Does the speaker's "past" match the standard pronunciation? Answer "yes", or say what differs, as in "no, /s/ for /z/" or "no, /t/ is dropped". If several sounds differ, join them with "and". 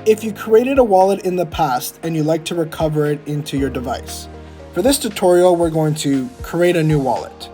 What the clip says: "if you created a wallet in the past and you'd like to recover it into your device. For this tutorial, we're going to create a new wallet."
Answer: yes